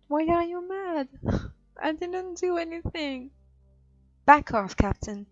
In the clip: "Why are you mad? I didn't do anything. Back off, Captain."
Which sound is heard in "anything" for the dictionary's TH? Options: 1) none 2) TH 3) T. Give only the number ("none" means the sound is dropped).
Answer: 2